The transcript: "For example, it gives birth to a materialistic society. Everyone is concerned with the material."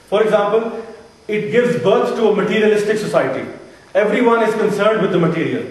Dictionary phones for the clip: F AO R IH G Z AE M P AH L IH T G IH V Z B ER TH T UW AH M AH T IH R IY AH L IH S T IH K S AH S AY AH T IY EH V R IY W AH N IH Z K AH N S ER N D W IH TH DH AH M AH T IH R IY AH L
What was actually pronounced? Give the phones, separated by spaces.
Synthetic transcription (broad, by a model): F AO R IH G Z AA M P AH L IH T G IH V Z B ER T T UW AH M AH T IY R IY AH L IH S T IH K S AH S AY AH T IY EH V R IY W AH N IH Z K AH N S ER N D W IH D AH M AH T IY R IY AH L